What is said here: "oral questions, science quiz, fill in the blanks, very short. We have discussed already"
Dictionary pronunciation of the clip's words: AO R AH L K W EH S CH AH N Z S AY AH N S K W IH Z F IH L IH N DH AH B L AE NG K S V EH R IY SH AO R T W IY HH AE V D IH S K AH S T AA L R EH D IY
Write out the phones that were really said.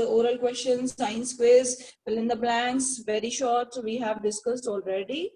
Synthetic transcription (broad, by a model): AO R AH L K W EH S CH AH N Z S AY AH N S K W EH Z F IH L IH N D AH B L AE NG K S V EH R IY SH AO R T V IY HH AE V D IH S K AH S T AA L R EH D IY